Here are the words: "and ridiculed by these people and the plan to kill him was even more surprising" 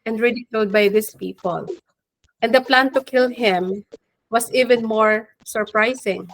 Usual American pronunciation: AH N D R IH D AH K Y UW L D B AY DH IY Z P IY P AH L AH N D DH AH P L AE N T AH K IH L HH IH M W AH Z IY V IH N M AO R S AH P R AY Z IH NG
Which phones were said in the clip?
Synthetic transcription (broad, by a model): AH N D R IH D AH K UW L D B AY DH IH S P IY P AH L AH N D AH P L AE N T AH K IH L HH IH M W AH S IY V IH N M AO R S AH P R AY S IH NG